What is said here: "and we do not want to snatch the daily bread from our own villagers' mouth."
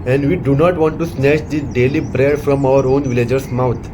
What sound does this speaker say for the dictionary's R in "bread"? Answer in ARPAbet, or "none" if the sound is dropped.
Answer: R